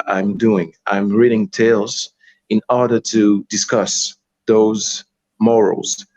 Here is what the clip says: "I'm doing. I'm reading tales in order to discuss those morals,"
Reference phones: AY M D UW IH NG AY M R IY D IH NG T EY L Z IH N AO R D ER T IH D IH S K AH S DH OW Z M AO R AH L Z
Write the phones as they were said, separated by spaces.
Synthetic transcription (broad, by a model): AY M D UW IH NG AY M R IY D IH NG T EY L Z IH N AO R D ER T IH D IH S K AH S DH OW Z M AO R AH L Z